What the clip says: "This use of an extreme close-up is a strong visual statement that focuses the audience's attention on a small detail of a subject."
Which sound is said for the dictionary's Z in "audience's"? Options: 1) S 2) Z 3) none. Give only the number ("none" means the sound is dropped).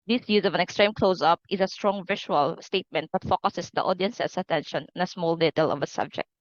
1